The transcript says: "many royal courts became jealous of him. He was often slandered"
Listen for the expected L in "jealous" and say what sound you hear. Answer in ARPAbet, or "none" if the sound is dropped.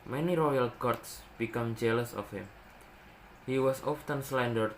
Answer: L